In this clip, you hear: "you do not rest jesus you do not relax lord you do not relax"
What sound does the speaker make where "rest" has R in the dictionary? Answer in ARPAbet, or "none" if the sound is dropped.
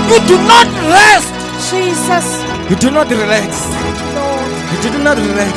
L